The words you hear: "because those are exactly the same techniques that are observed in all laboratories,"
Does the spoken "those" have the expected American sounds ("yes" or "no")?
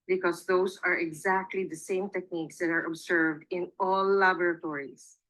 no